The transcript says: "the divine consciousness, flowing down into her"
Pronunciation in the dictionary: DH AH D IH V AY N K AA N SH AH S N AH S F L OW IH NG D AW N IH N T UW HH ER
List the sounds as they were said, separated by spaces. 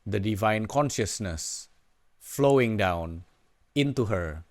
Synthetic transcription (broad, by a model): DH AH D IH V AY N K AA N SH AH S N AH S F L OW IH NG D AW N IH N T UW HH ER